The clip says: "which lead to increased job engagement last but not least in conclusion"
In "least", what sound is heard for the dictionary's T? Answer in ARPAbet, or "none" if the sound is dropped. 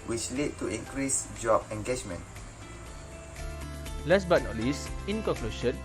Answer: none